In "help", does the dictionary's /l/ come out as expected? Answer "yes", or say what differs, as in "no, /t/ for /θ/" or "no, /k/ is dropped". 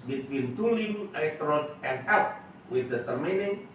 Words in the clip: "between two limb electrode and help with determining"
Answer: no, /l/ is dropped